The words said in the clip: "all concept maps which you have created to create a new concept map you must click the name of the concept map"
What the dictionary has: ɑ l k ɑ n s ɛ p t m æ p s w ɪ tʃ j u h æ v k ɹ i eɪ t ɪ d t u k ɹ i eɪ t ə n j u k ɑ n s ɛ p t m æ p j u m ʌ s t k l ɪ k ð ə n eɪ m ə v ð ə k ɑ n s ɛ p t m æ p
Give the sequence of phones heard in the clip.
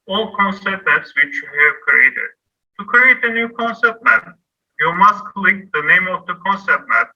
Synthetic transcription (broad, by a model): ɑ l k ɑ n s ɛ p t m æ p s w ɪ tʃ j u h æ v k ɹ i eɪ t ɪ d t u k ɹ i eɪ t ə n j u k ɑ n s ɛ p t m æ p j u m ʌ s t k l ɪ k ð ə n eɪ m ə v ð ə k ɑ n s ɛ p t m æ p